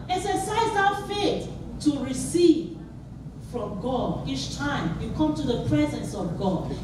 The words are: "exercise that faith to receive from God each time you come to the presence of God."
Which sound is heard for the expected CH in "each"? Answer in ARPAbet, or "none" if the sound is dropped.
CH